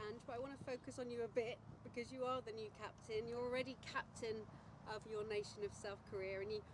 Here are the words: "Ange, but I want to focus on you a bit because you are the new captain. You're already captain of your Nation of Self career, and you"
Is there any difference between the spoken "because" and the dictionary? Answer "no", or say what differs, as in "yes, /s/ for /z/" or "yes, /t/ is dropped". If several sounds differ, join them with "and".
no